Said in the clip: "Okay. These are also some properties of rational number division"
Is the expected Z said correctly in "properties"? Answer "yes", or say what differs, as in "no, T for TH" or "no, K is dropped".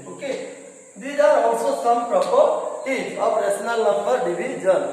no, Z is dropped